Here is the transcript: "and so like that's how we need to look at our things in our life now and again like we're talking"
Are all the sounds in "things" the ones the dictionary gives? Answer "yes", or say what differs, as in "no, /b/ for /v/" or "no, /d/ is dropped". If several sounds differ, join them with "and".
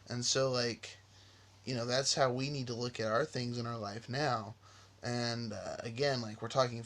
yes